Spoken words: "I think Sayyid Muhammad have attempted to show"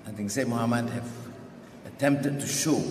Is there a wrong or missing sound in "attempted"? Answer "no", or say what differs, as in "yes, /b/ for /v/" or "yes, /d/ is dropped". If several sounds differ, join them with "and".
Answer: no